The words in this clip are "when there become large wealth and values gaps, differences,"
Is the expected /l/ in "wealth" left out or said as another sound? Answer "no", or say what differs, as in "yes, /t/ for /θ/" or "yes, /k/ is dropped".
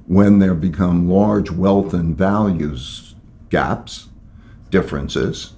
no